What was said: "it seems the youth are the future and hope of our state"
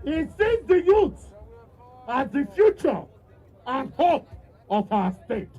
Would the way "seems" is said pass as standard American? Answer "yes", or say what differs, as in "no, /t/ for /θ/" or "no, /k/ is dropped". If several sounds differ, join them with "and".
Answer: no, /m/ is dropped